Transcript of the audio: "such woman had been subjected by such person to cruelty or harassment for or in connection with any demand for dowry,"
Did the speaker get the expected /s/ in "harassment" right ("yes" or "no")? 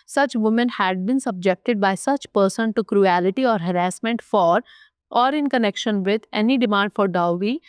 yes